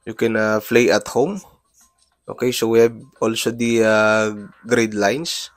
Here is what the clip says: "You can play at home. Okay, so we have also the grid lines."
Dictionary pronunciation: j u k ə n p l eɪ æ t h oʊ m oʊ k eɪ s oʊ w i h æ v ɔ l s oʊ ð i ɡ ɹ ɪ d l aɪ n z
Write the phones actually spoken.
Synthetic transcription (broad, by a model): j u k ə n f l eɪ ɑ t h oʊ m oʊ k eɪ s oʊ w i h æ b ɔ l s oʊ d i ɡ ɹ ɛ d l aɪ n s